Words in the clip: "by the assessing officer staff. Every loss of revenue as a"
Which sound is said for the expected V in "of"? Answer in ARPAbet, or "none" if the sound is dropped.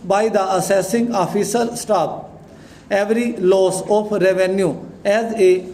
P